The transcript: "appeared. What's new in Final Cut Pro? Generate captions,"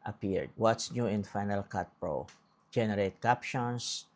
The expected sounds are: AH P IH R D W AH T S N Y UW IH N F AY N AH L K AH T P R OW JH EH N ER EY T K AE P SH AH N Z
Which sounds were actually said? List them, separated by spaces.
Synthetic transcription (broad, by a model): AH P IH R D W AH T S N Y UW IH N F AY N AH L K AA T P R OW JH EH N ER EY T K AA P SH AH N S